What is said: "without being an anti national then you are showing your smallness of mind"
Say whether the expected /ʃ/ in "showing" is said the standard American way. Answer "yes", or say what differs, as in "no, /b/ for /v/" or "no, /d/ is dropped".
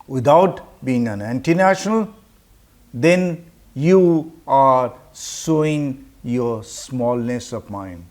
no, /s/ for /ʃ/